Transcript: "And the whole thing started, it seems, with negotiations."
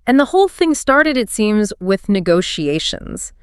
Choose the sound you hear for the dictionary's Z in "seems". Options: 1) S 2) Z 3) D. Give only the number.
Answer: 2